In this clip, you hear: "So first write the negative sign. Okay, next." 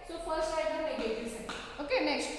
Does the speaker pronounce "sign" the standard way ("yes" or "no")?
no